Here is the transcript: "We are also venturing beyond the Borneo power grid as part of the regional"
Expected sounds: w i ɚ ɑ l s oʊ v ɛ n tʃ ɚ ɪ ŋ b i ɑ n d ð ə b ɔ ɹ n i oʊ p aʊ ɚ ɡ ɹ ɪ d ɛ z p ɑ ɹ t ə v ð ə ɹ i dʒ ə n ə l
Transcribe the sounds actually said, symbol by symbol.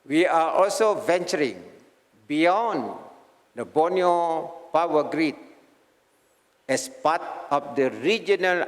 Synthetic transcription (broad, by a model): w i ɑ ɑ l s oʊ v ɛ n tʃ ɚ ɪ ŋ b i ɑ n d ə b ɔ n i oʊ p aʊ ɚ ɡ ɹ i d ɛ s p ɑ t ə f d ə ɹ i dʒ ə n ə l